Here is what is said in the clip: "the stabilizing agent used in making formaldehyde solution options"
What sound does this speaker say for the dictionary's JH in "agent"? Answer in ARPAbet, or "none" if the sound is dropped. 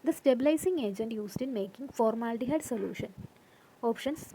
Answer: JH